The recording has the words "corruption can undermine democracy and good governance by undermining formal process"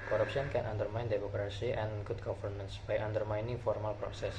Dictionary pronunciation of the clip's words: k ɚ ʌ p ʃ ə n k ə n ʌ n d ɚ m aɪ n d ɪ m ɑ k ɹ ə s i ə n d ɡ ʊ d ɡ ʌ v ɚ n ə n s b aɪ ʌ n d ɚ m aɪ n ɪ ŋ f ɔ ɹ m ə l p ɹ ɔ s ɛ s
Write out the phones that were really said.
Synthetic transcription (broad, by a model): k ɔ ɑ p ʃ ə n k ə n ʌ n d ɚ m aɪ n d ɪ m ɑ k ɹ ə s i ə n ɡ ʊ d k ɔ f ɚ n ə n s b aɪ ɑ n d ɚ m aɪ n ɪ ŋ f ɔ ɹ m ə l p ɹ ɔ s ɛ s